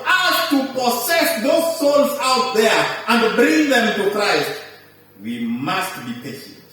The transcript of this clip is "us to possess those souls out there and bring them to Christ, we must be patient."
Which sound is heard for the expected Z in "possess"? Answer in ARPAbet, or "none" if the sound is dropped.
S